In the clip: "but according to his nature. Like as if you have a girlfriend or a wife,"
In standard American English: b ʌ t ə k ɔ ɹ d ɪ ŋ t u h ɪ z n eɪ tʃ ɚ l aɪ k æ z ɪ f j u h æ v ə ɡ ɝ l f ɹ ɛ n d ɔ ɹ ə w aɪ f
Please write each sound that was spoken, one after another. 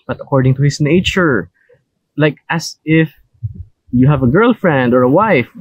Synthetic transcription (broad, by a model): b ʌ t ə k ɔ ɹ d ɪ ŋ t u h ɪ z n eɪ tʃ ɚ l aɪ k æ s ɪ f j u h æ v ə ɡ ɝ l f ɹ ɛ n d ɔ ɹ ə w aɪ f